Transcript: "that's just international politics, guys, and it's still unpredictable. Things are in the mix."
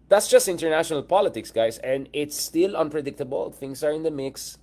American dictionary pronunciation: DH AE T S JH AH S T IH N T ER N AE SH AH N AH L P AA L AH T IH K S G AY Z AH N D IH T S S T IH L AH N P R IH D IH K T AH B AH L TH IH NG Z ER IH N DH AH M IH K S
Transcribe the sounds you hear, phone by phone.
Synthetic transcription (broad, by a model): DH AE T S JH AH S T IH N T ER N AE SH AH N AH L P AA L AH T IH K S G AY S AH N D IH T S S T IH L AH N P R IH D IH K T AH B AH L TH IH NG S ER IH N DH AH M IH K S